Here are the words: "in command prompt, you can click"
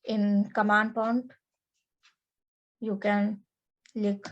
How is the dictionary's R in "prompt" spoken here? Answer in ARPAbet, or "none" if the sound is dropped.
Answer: none